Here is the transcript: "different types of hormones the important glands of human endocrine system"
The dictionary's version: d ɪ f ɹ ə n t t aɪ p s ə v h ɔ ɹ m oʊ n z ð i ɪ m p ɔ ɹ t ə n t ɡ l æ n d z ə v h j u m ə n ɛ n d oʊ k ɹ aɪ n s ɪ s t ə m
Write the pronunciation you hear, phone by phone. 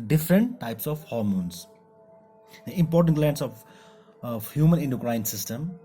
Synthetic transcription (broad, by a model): d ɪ f ɹ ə n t t aɪ p s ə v h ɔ ɹ m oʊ n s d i ɪ m p ɔ ɹ t ə n t l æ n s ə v h j u m ə n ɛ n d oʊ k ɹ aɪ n s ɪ s t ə m